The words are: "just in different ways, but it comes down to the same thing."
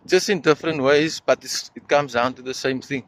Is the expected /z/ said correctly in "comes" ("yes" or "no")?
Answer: yes